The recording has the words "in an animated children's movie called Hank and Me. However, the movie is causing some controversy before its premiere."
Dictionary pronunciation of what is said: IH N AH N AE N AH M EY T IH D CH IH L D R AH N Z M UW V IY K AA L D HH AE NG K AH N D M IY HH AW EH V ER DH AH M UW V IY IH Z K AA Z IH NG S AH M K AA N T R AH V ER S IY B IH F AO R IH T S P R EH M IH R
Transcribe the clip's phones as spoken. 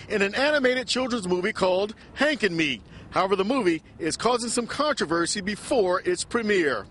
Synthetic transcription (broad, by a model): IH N AH N AE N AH M EY T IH D CH IH L D R AH N Z M UW V IY K AA L D HH AE NG K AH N M IY HH AW EH V ER DH AH M UW V IY IH Z K AA Z IH NG S AH M K AA N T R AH V ER S IY B IH F AO R IH T S P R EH M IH R